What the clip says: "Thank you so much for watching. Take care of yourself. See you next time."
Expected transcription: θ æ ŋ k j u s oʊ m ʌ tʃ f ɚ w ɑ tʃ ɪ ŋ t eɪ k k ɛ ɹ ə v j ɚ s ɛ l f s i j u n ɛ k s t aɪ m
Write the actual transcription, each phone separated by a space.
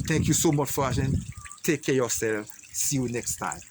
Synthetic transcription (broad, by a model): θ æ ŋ k j u s oʊ m ʌ tʃ f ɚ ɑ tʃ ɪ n t eɪ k k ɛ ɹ j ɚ s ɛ l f s i j u n ɛ k s t aɪ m